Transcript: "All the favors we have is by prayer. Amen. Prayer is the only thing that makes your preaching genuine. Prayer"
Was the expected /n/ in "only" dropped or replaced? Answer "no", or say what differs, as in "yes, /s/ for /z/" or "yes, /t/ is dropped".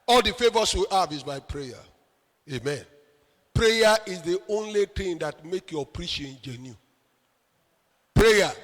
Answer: no